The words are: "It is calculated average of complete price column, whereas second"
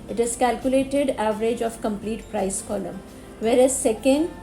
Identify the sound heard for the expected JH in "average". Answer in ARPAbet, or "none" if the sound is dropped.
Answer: JH